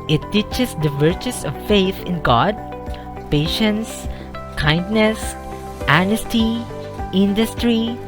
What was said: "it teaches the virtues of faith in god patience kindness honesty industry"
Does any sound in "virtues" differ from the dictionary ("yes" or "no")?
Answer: yes